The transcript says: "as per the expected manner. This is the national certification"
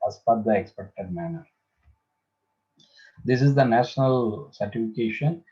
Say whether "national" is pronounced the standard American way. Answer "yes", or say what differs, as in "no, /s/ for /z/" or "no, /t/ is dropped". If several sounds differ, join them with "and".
yes